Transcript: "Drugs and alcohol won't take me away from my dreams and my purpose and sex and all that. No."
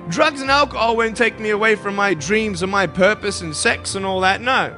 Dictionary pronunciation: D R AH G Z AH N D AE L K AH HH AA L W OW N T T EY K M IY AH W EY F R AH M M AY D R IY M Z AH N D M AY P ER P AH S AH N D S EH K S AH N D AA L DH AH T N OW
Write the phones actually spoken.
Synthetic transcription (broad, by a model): D R AH G Z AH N AE L K AH HH AA L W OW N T T EY K M IY AH W EY F R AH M M AY D R IY M Z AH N M AY P ER P AH S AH N S EH K S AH N AA L DH AH T N OW